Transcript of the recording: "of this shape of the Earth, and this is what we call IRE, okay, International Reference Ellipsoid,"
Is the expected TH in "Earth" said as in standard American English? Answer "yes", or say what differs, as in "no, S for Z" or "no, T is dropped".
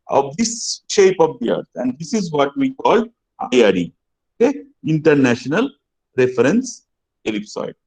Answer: no, T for TH